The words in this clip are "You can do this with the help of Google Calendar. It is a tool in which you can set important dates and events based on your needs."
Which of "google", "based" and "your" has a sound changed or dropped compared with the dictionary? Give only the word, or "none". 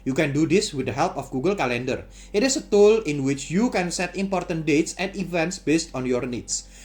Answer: none